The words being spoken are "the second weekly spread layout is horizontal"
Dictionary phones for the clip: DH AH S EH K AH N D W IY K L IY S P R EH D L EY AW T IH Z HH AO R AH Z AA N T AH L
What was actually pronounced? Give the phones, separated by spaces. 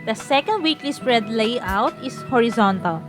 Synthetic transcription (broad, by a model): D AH S EH K AH N D W IY K L IY S P R EH D L EY AW T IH S HH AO R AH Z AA N T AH L